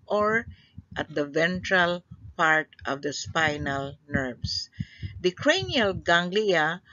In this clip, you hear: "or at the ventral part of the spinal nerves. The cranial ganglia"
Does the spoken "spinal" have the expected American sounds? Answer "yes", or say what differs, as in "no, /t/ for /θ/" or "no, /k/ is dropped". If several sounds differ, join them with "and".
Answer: yes